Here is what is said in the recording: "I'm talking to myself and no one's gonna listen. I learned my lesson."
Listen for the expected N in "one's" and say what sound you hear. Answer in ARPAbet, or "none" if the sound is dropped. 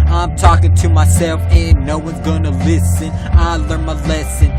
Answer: N